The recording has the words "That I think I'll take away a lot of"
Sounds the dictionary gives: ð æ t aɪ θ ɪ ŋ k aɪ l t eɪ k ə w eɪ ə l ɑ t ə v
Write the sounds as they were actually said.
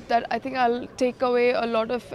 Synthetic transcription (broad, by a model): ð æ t aɪ t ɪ ŋ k aɪ l t eɪ k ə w eɪ ə l ɑ t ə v